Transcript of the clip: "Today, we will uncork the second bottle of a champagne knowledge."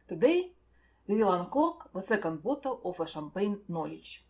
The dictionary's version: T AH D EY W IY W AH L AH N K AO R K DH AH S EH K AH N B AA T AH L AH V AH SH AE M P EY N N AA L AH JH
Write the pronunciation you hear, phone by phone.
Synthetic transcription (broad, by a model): T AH D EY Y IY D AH L AH N K AO R K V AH S EH K AH N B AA T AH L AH F AH SH AE M P EY N N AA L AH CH